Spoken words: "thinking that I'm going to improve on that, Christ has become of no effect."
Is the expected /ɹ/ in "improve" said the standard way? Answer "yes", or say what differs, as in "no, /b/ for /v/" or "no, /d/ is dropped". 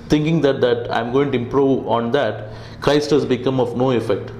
yes